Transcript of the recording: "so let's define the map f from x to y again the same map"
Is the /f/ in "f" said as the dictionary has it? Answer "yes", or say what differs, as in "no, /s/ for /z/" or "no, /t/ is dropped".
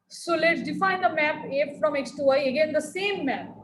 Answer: yes